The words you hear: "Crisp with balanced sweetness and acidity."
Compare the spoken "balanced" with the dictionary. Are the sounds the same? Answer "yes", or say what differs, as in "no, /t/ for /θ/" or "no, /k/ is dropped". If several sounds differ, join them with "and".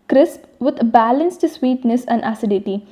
yes